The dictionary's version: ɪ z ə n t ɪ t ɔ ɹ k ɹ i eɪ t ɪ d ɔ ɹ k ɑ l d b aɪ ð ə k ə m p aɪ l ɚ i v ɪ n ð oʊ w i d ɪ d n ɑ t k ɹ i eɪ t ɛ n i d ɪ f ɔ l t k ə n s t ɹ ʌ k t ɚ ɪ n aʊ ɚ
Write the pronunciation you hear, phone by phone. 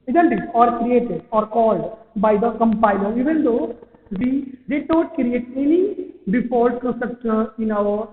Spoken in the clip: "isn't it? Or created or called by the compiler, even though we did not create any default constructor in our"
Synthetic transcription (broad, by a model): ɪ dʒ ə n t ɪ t ɔ ɹ k ɹ i eɪ t ɪ d ɔ ɹ k ɑ l d b aɪ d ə k ə m p aɪ l ɚ i v ɪ n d oʊ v i d ɪ d n ɑ t k ɹ i eɪ t ɛ n i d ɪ p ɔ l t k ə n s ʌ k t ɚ ɪ n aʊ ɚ